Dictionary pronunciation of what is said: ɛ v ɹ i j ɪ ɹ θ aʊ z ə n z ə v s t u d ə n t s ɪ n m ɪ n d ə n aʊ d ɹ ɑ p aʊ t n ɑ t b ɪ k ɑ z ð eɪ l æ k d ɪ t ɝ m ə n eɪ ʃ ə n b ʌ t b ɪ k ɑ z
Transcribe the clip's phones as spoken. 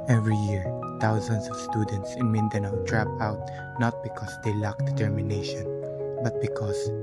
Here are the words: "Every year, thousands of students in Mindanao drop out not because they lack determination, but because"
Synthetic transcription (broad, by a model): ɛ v ɹ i j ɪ ɹ t aʊ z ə n s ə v s t u d ə n t s ɪ n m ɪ n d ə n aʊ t ɹ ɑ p aʊ t n ɑ t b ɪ k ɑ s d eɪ l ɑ k d ɪ t ɝ m ə n eɪ ʃ ə n b ʌ t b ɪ k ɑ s